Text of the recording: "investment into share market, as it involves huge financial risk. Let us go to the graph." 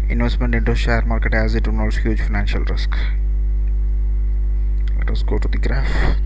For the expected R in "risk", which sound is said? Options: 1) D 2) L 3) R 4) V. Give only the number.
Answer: 3